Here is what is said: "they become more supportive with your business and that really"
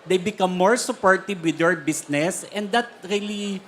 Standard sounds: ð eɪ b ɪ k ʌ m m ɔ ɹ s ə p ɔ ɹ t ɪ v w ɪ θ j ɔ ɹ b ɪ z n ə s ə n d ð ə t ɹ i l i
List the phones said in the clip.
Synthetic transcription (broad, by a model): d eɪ b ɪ k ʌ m m ɔ ɹ s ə p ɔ ɹ t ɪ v w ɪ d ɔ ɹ b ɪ s n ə s ə n d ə t ɹ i l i